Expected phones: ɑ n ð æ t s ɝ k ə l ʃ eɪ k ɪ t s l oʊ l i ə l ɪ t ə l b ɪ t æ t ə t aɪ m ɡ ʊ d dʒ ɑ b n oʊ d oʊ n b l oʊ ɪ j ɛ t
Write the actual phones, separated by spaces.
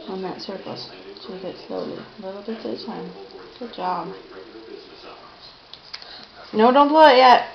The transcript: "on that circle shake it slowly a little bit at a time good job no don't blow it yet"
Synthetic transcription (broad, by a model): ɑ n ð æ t s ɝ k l s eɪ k ɪ t s l oʊ l i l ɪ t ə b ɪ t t ə t aɪ m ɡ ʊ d dʒ ɑ b n oʊ d oʊ n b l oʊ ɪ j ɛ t